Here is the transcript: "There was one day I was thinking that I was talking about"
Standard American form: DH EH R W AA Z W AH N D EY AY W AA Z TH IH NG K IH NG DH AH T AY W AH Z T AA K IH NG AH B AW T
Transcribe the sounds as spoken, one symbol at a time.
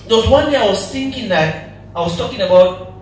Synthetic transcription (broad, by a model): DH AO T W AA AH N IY AY W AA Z TH IH NG K IH NG DH AH T AY W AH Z T AA K IH NG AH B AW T